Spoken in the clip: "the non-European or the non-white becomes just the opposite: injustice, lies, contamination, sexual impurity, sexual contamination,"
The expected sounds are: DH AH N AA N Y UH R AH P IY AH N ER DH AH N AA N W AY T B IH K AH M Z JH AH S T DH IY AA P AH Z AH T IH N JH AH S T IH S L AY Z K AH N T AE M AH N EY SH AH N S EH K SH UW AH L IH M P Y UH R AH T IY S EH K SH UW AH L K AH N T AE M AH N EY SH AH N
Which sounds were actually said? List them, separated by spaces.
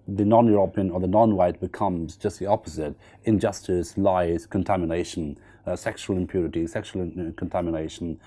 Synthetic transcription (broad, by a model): DH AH N AA N Y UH R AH P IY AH N ER DH AH N AA N W AY T B IH K AH M Z JH AH S T DH IY AA P AH Z AH T IH N JH AH S T IH S L AY Z K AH N T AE M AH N EY SH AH N S EH K SH UW AH L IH M P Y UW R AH T IY S EH K SH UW L K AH N T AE M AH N EY SH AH N